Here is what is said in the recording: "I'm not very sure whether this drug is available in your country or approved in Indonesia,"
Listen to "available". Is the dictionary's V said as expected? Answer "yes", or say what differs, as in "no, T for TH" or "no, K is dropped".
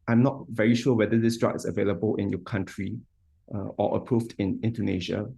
yes